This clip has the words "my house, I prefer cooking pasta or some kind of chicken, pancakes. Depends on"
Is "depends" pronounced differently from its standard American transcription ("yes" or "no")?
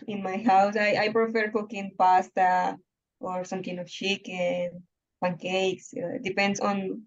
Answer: yes